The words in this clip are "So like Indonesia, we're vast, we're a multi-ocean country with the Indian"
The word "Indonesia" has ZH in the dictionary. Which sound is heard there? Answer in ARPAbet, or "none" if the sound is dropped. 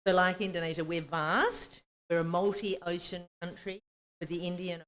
ZH